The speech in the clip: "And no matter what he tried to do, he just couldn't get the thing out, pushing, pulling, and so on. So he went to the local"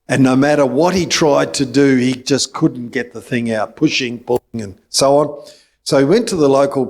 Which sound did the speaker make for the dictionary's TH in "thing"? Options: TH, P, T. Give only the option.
TH